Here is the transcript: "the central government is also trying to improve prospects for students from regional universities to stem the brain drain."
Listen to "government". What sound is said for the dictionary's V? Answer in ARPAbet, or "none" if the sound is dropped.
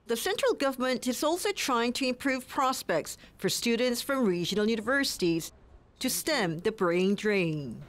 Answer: V